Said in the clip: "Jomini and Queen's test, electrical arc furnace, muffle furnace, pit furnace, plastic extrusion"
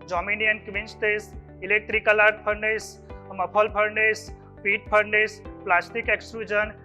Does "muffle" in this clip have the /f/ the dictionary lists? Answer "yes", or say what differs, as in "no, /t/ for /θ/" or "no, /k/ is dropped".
no, /p/ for /f/